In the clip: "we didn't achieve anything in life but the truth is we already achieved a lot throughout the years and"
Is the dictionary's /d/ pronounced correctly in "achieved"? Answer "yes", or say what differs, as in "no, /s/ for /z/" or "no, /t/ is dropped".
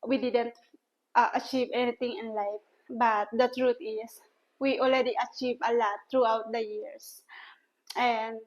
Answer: no, /d/ is dropped